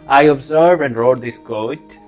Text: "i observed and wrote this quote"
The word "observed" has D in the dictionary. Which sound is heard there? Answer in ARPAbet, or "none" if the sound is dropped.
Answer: none